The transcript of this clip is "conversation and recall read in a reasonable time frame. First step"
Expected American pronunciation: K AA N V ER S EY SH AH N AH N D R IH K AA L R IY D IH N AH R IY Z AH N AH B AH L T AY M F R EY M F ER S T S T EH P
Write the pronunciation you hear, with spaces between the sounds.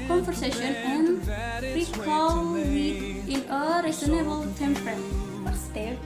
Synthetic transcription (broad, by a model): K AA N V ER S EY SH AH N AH N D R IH K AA L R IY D IH N AH R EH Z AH N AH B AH L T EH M P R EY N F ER T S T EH